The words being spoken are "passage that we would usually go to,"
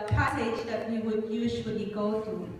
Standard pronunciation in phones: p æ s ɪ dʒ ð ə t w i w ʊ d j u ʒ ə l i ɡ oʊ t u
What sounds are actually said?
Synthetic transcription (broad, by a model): p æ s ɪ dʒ ð ə t w i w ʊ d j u z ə w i ɡ oʊ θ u